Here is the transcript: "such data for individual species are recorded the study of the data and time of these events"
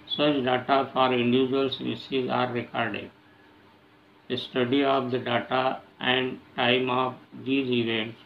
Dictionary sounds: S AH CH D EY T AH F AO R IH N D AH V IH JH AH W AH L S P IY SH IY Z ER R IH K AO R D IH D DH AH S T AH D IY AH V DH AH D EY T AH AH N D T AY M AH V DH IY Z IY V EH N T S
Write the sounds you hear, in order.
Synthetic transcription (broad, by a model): S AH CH D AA T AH F AO R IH N D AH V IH JH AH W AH L S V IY S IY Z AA R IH K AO R D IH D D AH S T AH D IY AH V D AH D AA T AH AH N D T AY M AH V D IY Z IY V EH N T S